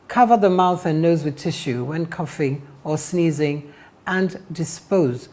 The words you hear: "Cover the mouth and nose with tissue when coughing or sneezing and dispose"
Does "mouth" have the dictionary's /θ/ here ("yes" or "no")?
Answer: yes